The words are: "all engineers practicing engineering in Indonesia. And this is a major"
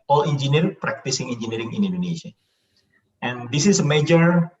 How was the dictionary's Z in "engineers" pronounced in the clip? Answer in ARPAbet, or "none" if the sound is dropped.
none